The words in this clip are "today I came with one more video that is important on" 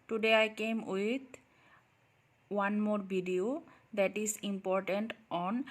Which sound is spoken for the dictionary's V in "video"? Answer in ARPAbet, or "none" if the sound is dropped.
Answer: B